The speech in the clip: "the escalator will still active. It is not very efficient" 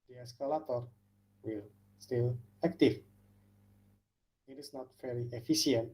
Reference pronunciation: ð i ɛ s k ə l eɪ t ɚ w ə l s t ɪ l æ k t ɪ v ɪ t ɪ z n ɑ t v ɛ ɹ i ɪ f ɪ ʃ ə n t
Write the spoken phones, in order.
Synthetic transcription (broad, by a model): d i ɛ s k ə l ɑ t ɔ w ə l s t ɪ l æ k t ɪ f ɪ t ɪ s n ɑ t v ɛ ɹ i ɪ f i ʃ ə n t